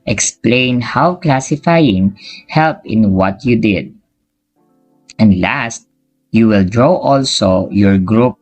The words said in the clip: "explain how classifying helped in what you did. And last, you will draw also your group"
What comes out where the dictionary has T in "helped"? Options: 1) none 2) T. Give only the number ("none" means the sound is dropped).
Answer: 1